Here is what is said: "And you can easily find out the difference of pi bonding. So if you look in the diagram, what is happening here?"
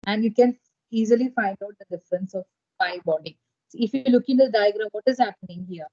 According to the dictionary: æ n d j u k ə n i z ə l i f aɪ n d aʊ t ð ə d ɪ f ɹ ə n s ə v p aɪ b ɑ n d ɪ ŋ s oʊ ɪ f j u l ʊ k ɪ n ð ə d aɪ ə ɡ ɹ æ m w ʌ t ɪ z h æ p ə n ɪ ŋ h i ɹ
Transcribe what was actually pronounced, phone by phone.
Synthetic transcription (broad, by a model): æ n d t k ə n i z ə l i f aɪ n d aʊ t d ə d ɪ f ɹ ə n s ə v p aɪ b ɑ d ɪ s oʊ ɪ f j u l ʊ k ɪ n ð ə d aɪ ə ɡ ɹ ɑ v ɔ t ɪ z h æ p ə n ɪ ŋ h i ɹ